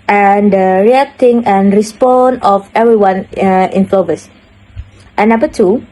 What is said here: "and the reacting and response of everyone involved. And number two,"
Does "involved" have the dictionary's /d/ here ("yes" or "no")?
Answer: no